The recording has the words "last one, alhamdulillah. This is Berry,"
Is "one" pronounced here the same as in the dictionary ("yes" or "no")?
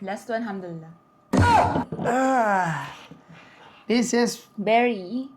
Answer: no